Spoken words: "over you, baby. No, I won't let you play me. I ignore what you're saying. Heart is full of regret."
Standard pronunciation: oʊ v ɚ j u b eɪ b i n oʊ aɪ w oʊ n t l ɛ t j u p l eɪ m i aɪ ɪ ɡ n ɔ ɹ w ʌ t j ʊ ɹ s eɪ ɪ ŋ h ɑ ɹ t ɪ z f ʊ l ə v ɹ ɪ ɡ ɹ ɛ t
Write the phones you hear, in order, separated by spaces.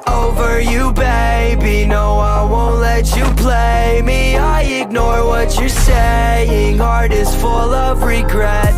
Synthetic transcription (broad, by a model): oʊ v ɚ j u b eɪ b i n oʊ aɪ w oʊ n t l ɛ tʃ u p l eɪ m i aɪ ɪ ɡ n ɔ ɹ w ʌ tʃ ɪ s eɪ ɪ ŋ h ɑ ɹ t ɪ z f ʊ l ə v ɹ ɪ ɡ ɹ ɛ t